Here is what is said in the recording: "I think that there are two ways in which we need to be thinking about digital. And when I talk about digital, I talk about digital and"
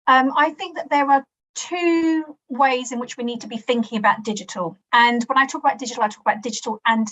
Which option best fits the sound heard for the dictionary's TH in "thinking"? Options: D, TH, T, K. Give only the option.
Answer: TH